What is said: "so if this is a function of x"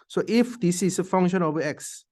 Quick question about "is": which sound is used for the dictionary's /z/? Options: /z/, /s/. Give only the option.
/s/